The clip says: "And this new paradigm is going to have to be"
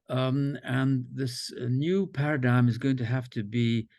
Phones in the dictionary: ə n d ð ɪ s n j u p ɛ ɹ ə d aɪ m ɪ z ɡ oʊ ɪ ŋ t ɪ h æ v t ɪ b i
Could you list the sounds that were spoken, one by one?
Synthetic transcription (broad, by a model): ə n ð ɪ s n j u p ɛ ɹ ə d aɪ m ɪ z ɡ oʊ ɪ ŋ t ɪ h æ f t ɪ b i